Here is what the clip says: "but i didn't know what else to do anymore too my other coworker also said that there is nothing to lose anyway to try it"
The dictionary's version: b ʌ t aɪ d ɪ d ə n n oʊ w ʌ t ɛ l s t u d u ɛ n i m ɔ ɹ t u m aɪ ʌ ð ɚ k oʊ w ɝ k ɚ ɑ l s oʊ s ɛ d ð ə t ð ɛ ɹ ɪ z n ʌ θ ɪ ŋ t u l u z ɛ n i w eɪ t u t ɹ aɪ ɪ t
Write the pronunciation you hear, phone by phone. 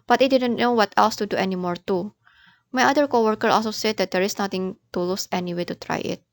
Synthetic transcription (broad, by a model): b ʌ t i d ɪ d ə n n oʊ w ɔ t ɛ l s t u d u ɛ n i m ɔ ɹ t u m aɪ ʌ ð ɚ k oʊ w ɝ k ɚ ɑ l s oʊ s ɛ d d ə t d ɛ ɹ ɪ s n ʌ t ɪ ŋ t u l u s ɛ n i w eɪ t u t ɹ aɪ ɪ t